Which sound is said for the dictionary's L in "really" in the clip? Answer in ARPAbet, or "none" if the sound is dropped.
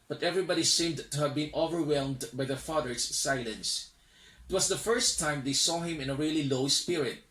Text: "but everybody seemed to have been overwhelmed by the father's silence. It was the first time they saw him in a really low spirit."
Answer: L